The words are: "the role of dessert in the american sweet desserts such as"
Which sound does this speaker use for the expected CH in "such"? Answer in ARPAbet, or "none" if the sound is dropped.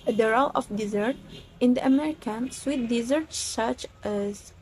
CH